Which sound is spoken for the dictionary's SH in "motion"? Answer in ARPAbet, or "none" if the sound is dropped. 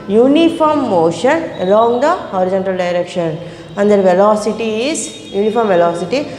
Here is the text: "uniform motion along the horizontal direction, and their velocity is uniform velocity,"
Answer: SH